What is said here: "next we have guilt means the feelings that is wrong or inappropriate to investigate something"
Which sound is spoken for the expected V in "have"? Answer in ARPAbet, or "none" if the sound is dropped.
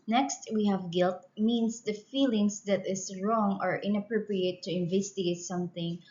V